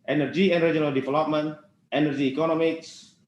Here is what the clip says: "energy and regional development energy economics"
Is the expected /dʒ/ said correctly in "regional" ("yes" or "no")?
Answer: no